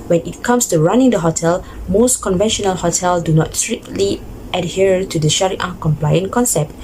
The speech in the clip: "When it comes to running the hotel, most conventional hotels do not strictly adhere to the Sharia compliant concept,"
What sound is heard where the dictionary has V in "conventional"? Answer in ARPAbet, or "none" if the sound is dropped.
V